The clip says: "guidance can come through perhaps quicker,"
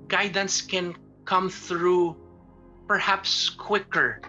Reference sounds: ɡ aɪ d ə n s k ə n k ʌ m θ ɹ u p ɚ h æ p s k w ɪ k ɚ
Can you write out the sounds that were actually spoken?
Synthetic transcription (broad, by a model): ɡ aɪ d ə n s k ə n k ʌ m θ ɹ u p ɚ h æ p s k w ɪ k ɚ